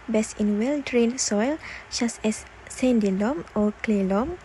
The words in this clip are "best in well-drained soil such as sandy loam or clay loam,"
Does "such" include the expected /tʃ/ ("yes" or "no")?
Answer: no